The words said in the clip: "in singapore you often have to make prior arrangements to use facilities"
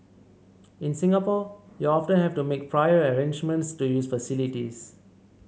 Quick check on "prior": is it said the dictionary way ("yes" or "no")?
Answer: yes